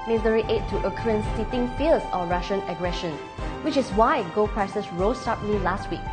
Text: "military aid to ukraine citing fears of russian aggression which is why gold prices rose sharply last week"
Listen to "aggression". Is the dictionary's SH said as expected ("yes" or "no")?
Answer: yes